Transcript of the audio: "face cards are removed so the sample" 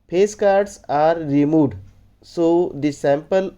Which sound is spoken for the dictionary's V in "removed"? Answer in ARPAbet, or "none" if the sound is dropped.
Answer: none